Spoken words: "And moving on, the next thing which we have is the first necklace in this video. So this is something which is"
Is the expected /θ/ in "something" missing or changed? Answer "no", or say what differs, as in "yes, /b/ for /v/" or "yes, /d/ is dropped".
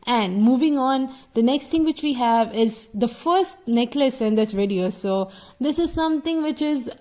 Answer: yes, /t/ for /θ/